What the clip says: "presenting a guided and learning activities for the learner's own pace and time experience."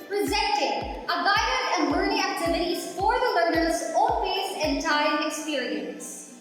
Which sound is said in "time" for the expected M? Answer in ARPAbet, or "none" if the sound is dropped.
none